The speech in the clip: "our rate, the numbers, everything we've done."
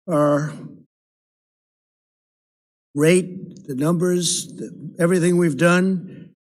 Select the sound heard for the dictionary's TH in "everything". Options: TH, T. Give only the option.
TH